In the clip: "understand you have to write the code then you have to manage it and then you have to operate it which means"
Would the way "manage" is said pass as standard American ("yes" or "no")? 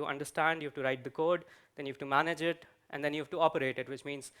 yes